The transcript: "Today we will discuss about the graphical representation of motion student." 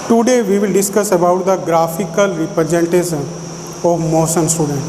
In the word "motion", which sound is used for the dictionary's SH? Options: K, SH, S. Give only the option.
S